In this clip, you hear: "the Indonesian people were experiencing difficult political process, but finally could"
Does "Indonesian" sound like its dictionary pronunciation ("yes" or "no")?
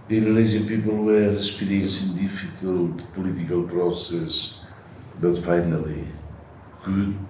no